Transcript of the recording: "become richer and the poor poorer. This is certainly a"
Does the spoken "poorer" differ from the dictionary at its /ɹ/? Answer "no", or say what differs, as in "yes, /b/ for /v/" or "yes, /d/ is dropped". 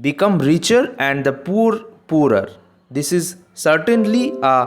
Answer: no